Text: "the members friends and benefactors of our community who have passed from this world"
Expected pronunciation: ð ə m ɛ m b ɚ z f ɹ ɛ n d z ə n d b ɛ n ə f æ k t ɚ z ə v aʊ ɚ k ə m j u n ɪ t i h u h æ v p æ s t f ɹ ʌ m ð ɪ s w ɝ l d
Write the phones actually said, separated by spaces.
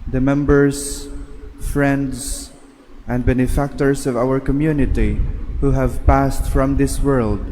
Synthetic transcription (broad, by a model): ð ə m ɛ m b ɚ z f ɹ ɛ n d z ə n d b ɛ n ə f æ k t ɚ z ə v aʊ ɚ k ə m j u n ɪ t i h u h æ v p æ s t f ɹ ʌ m ð ɪ s w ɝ l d